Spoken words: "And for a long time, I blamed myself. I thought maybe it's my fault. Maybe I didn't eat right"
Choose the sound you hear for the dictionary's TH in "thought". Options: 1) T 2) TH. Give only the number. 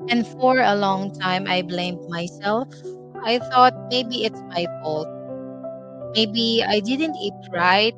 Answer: 2